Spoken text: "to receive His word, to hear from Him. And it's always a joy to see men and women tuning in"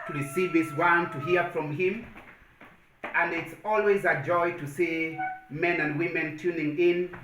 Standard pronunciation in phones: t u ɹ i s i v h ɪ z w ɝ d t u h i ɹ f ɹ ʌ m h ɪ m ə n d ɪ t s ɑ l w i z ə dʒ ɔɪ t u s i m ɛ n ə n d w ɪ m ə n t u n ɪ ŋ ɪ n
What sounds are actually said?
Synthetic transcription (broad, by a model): t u ɹ i s i v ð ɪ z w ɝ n t u h i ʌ f ɹ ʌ m h ɪ m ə n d ɪ t s ɑ l w i z ə dʒ ɔɪ t u s i m ɛ n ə n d w ɪ m ə n t u n ɪ ŋ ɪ n